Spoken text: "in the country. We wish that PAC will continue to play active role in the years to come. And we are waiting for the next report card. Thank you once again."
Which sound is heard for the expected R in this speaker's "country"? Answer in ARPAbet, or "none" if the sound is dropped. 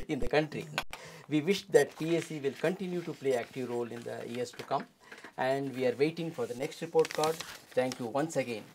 R